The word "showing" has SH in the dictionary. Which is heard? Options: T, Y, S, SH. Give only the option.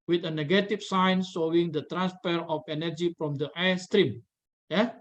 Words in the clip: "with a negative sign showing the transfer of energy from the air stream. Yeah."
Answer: S